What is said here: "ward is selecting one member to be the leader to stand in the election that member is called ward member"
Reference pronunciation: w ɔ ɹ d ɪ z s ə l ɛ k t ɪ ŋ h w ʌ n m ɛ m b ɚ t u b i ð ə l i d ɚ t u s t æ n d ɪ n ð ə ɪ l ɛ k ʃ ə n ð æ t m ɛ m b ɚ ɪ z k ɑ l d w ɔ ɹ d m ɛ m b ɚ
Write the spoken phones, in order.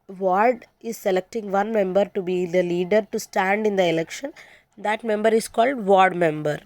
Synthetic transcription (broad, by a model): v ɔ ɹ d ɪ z s ə l ɛ k t ɪ ŋ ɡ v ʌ n m ɛ m b ɚ t u b i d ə l i d ɚ t u s t æ n d ɪ n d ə ɪ l ɛ k ʃ ə n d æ t m ɛ m b ɚ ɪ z k ɑ l d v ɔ ɹ d m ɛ m b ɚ